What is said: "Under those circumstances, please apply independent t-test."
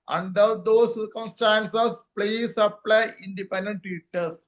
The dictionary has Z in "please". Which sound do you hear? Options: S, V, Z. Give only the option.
S